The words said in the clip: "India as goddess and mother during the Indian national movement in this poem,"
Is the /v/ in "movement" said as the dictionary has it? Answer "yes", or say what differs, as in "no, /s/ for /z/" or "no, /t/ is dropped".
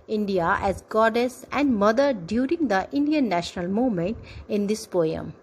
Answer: no, /v/ is dropped